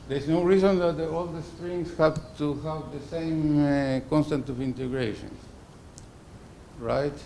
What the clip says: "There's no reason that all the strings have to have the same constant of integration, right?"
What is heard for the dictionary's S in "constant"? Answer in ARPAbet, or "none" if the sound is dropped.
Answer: S